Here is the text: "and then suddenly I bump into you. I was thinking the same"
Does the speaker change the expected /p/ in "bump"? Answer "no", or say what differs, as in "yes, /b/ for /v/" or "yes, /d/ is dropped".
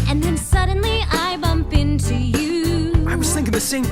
no